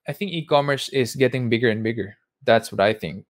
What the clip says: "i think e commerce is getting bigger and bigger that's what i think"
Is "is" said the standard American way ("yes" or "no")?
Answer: no